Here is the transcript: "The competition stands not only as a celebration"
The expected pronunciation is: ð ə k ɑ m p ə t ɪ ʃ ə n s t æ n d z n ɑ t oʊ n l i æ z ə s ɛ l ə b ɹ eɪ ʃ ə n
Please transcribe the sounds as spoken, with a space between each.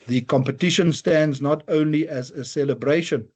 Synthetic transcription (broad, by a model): ð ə k ɑ m p ə t ɪ ʃ ə n s t æ n d z n ɑ t oʊ n l i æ z ə s ɛ l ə b ɹ eɪ ʃ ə n